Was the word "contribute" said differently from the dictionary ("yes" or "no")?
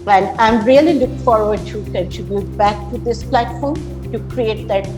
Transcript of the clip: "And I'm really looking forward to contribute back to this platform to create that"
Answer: yes